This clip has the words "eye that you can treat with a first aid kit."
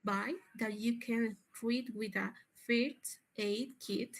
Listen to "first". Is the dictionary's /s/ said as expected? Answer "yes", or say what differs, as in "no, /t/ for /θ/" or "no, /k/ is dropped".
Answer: no, /s/ is dropped